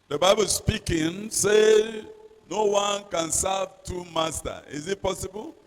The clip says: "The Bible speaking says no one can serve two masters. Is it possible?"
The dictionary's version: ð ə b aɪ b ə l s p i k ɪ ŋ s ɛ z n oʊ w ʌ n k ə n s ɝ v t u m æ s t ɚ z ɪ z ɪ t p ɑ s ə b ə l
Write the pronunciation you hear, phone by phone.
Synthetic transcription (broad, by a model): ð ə b aɪ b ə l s p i k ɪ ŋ s ɛ n oʊ w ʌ n k ə n s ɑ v t u m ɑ s t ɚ ɪ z ɪ t p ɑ s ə b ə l